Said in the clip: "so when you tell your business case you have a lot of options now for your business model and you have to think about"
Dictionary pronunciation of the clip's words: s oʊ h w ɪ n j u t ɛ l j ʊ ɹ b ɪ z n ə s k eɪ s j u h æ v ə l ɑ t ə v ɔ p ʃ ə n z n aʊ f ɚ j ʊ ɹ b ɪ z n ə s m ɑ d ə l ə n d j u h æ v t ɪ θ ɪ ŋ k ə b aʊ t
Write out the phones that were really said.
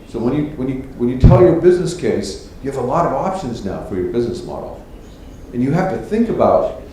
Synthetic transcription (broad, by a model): s oʊ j w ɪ n j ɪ t ɛ l j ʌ ɹ b ɪ z n ə s k eɪ s j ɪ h v ə l ɑ t ə v ɔ p ʃ ə n z n aʊ f ɚ j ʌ ɹ b ɪ z n ə s m ɑ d l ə n j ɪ h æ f t ɪ θ ɪ ŋ k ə b aʊ t